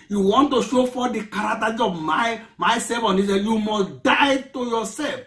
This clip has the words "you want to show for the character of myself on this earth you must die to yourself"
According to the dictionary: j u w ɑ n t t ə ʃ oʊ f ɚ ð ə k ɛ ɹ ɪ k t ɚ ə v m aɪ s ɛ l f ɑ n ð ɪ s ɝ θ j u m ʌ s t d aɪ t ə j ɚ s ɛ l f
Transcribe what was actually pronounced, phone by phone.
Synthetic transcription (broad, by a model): j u w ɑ n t t ə ʃ oʊ f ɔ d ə k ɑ ɹ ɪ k t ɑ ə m m aɪ s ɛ f ɑ n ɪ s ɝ j u m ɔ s d aɪ t ə j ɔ s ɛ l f